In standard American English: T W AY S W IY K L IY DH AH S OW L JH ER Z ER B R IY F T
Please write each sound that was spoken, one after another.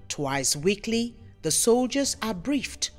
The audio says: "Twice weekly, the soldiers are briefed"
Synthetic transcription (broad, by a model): T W AY S W IY K L IY DH AH S OW L JH ER Z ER B R IY F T